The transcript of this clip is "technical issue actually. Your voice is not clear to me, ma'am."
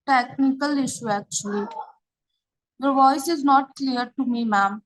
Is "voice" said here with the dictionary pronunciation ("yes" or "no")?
yes